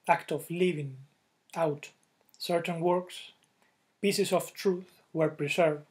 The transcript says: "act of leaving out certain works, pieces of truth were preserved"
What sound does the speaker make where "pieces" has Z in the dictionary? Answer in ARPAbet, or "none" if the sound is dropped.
S